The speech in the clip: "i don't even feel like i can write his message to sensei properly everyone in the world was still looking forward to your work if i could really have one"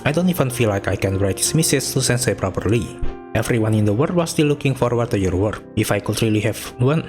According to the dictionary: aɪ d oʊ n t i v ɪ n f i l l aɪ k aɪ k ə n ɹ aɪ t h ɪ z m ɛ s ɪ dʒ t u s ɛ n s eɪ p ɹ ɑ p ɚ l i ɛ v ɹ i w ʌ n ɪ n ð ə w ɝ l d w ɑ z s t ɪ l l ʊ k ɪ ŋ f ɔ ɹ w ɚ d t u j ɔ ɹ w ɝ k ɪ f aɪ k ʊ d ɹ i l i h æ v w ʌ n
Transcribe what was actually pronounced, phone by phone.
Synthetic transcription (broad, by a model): aɪ d oʊ n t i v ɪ n f i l l aɪ k aɪ k ə n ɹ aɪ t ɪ s m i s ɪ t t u s ɛ n s eɪ p ɹ ɑ p ɚ l i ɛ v ɹ i w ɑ n ɪ n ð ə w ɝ d w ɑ s t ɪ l l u k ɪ ŋ f ɔ ɹ w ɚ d t u j ɔ ɹ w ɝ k ɪ f aɪ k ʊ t ɹ i l i h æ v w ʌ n